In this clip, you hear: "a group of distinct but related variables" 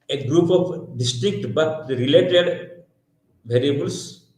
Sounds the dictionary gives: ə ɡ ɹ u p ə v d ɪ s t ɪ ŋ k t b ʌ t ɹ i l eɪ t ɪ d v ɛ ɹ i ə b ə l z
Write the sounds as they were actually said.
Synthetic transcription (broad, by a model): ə ɡ ɹ u p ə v d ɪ s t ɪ k t b ʌ t ɹ i l eɪ t ɪ d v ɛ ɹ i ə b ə l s